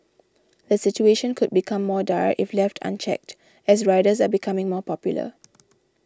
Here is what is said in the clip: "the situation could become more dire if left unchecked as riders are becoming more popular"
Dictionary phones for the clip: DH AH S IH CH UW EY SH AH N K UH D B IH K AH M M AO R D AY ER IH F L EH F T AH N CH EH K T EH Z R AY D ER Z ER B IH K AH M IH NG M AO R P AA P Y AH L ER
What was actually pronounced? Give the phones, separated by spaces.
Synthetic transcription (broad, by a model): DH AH S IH CH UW EY SH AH N K UH D B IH K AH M M AO D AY IH F L EH F T AH N CH EH K T EH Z R AY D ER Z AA B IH K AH M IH NG M AO P AA P Y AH L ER